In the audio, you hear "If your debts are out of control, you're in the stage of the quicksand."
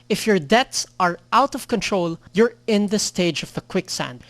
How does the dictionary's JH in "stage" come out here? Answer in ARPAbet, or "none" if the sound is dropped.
JH